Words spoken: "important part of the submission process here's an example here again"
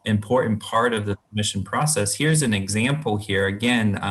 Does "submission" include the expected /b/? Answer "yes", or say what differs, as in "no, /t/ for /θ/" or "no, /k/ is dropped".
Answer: no, /b/ is dropped